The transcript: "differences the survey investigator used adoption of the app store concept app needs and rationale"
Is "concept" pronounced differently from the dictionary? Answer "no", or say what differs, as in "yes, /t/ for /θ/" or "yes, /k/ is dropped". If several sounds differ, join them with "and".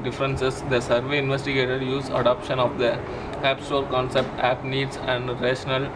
no